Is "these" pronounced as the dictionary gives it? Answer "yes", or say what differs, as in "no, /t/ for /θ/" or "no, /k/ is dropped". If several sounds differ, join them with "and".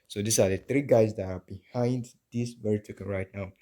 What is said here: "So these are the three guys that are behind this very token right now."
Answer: no, /s/ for /z/